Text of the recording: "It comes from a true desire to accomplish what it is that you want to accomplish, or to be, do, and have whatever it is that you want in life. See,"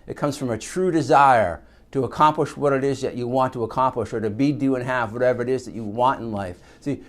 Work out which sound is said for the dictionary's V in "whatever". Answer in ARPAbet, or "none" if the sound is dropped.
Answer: V